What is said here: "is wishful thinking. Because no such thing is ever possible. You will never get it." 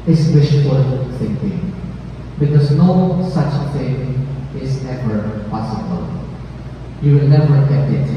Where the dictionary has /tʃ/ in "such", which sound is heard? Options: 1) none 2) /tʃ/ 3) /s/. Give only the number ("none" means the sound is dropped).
2